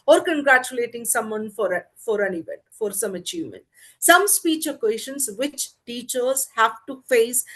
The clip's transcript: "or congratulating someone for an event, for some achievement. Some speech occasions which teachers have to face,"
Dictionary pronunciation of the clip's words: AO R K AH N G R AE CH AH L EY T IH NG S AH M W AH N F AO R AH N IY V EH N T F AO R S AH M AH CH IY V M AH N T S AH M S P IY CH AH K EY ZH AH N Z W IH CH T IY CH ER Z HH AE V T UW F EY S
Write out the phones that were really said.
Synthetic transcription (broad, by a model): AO R K AH N G R AE CH AH L EY T IH NG S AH M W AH N F AO R AH N IY V EH N T F AO R S AH M AH CH IY V M AH N T S AH M S P IY CH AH K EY SH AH N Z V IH CH T IY CH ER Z HH AE V T UW F EY S